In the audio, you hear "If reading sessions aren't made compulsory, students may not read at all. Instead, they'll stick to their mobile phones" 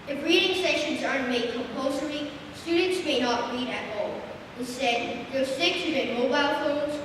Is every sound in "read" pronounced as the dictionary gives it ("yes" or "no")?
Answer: yes